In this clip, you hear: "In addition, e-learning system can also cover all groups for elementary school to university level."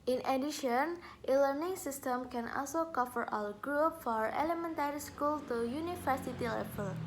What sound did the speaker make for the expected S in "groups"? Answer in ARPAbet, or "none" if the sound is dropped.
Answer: none